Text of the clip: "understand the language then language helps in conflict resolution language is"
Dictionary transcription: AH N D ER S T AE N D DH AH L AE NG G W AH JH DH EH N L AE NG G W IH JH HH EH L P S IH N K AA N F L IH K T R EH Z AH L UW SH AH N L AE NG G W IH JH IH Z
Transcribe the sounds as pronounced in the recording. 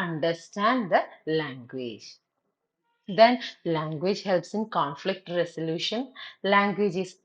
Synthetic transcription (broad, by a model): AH N D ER S T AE N D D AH L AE NG G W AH JH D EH N L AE NG G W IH JH HH EH L P S IH N K AA N F L IH K T R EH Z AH L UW SH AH N L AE NG G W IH JH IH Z